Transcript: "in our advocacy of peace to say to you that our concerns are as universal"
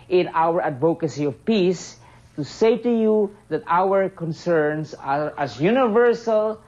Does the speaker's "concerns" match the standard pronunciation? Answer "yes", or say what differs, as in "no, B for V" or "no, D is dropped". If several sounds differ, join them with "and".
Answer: no, S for Z